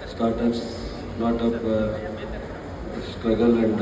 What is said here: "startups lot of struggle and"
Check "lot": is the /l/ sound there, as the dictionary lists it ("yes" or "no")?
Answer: no